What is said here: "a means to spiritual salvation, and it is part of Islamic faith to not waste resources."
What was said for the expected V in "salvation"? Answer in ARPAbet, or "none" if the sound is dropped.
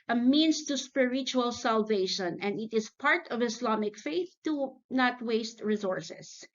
V